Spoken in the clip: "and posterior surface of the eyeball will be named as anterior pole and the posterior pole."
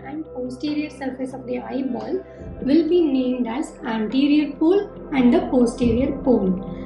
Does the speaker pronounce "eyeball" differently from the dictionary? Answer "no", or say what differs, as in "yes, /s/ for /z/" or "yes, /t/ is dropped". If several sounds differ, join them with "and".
no